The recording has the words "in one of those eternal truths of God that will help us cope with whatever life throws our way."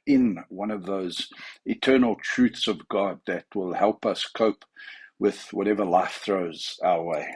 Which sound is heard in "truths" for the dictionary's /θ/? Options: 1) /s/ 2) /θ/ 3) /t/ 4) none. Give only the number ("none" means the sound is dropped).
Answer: 2